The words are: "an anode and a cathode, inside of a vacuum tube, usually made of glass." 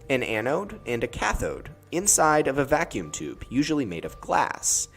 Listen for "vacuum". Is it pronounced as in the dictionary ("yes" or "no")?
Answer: yes